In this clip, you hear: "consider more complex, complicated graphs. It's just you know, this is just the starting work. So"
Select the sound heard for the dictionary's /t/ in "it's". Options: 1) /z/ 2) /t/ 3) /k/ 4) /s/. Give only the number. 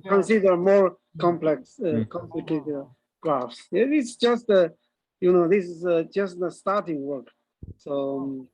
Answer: 4